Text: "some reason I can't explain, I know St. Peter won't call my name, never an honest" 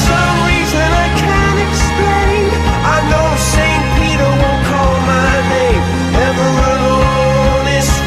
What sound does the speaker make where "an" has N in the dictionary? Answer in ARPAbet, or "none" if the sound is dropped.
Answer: L